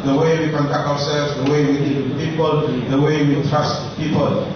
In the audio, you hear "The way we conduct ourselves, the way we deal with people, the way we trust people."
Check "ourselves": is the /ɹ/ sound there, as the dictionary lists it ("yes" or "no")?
no